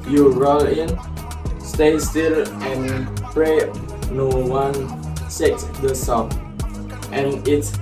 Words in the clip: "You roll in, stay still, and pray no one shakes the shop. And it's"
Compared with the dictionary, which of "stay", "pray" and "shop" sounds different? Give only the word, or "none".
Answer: shop